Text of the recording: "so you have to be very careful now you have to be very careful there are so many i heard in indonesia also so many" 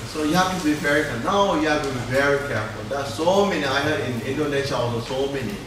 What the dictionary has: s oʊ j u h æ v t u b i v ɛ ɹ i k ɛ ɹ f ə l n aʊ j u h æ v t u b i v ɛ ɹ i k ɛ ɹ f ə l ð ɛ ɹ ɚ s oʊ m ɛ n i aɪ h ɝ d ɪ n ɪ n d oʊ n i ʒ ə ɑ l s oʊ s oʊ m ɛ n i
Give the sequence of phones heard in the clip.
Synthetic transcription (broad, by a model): s oʊ j u h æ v t u b i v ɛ ɹ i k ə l n aʊ j u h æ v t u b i v ɛ ɹ i k ɛ ɹ f ə l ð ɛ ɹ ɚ s oʊ m ɛ n i aɪ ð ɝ ɪ n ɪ n d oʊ n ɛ ʃ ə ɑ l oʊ s oʊ m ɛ n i